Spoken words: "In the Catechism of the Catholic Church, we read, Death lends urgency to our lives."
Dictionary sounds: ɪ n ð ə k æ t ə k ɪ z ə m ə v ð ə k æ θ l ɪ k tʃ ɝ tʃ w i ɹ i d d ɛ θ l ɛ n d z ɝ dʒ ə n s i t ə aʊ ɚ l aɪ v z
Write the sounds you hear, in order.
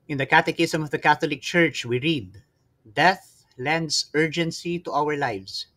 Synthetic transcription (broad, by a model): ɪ n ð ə k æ t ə k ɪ s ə m ə v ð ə k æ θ l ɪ k tʃ ɝ tʃ w i ɹ i d d ɛ θ l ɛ n d s ɝ dʒ ə n s i t ə aʊ ɚ l aɪ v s